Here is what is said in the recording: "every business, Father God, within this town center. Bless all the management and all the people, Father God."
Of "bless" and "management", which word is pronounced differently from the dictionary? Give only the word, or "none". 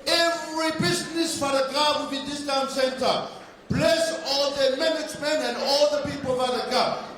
management